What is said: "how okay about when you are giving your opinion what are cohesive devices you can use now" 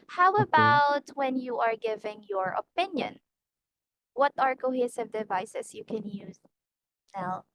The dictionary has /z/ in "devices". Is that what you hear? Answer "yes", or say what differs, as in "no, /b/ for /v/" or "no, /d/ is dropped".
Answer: no, /s/ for /z/